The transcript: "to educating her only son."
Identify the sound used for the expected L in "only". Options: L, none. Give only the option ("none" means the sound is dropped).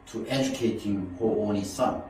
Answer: none